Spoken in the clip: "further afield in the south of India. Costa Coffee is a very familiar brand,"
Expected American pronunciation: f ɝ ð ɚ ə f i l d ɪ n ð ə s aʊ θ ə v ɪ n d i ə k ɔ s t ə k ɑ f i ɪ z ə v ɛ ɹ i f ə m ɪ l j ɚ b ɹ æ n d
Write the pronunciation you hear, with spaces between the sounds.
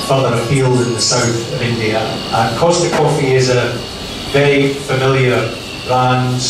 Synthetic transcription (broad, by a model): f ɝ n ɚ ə p i l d ɪ n ð ə s aʊ θ ə v ɪ n d i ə k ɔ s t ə k ɑ f i ɪ z ə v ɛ i f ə m ɪ l j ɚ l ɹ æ n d